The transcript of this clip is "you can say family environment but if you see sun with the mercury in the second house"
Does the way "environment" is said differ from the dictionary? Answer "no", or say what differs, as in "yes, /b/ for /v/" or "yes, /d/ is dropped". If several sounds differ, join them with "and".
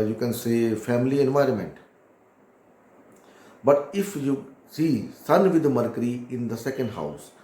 no